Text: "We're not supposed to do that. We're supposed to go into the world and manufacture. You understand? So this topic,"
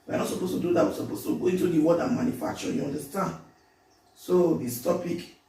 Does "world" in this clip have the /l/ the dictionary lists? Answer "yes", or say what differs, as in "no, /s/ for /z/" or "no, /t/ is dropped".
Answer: no, /l/ is dropped